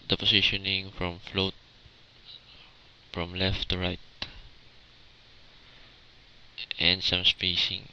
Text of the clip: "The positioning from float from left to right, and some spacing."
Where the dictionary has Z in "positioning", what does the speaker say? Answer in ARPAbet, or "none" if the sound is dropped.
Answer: S